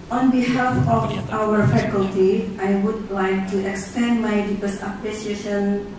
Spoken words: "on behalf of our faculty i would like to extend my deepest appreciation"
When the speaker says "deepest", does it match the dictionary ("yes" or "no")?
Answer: no